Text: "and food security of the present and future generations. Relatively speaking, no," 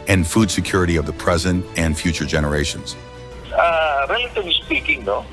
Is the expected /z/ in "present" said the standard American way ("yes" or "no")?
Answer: yes